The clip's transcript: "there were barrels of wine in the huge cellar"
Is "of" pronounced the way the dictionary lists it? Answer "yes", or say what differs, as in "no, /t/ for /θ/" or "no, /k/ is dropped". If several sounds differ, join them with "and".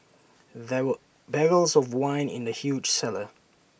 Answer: yes